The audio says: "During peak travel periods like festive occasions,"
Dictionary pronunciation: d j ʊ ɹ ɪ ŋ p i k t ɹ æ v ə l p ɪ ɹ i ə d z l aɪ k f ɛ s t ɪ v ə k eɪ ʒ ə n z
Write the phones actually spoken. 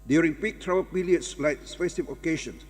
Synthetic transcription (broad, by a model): d j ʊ ɹ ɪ ŋ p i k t ɹ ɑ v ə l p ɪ l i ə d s l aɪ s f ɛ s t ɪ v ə k eɪ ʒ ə n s